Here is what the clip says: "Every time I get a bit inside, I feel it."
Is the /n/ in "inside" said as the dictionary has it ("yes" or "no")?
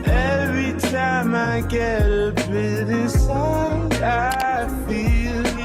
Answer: no